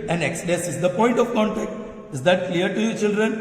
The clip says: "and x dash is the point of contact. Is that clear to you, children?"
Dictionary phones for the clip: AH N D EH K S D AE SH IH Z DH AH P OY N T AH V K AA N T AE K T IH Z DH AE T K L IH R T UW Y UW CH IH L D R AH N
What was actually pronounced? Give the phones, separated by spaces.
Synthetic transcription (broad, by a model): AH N EH K S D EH S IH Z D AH P OY N T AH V K AA N T AE K T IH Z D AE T K L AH R T UW Y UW CH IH L D R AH N